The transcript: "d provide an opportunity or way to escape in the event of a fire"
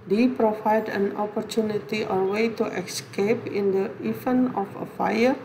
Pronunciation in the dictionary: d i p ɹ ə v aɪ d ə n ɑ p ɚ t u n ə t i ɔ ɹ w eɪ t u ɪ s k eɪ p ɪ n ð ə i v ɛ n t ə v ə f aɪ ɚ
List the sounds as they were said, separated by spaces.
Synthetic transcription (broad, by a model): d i p ɹ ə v aɪ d ə n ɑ p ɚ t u n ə t i ɔ ɹ w eɪ t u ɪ s k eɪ p ɪ n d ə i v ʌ n ə f ə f aɪ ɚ